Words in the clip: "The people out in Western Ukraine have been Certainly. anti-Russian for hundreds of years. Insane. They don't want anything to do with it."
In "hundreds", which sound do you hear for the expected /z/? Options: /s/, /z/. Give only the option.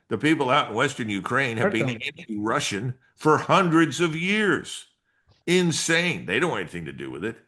/z/